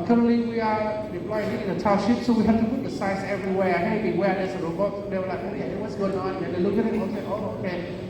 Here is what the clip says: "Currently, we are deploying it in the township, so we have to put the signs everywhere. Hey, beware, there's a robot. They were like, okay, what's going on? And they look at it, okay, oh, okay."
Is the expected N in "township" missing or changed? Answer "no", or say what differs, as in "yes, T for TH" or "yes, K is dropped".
yes, N is dropped